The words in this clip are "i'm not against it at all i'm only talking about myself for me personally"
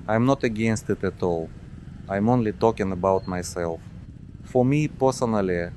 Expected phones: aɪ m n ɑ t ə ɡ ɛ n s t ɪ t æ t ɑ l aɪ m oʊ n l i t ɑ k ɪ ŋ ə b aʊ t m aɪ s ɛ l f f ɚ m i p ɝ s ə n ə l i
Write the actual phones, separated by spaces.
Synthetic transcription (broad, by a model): aɪ m n ɑ t ə ɡ ɛ n s t ɪ t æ t ɑ l aɪ m oʊ n l i t ɑ k ɪ ŋ ə b aʊ t m aɪ s ɛ l f f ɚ m i p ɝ s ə n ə l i